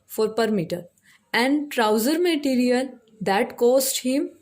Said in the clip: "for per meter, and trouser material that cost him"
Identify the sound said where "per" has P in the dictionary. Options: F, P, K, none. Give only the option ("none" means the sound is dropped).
P